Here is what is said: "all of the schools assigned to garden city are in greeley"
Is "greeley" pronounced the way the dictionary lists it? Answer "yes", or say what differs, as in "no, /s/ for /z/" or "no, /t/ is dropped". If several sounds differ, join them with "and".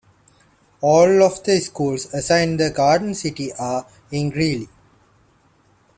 yes